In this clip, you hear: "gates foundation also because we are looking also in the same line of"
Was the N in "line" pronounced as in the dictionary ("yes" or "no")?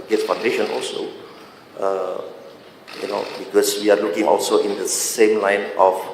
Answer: yes